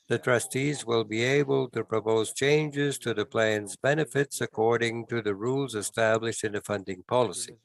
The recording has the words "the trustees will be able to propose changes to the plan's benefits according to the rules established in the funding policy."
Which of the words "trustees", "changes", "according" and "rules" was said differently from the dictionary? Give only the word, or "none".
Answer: none